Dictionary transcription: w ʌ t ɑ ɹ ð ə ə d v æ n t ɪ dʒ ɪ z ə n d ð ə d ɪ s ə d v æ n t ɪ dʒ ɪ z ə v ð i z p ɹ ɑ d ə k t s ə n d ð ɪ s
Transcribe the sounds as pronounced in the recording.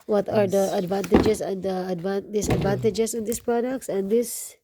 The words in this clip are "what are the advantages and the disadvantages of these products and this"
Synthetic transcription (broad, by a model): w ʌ t ɑ ɹ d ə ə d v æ n t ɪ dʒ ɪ s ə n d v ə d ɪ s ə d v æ n t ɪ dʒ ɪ s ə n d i s p ɹ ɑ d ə k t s ə n d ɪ s